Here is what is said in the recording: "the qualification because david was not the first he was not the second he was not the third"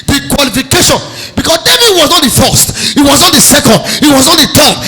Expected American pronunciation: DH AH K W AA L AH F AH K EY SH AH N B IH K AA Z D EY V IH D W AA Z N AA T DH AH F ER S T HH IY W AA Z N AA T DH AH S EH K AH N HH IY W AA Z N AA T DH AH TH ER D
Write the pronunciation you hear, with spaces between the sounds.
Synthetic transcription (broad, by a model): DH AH K W AA L AH F AH K EY SH AH N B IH K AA S D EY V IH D W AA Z N AA T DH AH F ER S T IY W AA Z N AA T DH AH S EH K AH N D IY W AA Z N AA T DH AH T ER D